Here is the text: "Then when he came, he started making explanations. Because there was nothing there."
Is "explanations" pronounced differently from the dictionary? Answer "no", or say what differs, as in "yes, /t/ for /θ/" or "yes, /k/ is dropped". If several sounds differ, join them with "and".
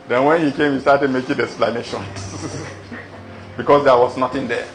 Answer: yes, /z/ is dropped